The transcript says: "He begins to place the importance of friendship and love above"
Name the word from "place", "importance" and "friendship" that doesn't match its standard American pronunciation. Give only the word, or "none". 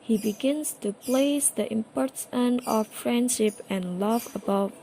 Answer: importance